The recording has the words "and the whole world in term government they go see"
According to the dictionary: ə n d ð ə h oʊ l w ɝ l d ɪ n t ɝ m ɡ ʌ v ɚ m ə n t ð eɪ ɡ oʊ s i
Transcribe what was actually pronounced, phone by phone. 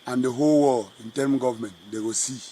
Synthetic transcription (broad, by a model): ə n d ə h oʊ l w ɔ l ɪ n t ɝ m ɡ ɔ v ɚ m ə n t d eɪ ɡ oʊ s i